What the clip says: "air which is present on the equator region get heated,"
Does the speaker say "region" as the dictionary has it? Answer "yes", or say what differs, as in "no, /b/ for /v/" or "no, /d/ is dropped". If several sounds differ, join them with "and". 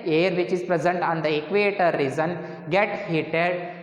no, /z/ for /dʒ/